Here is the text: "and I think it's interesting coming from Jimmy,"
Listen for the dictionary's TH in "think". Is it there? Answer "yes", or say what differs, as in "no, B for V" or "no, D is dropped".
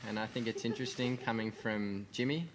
yes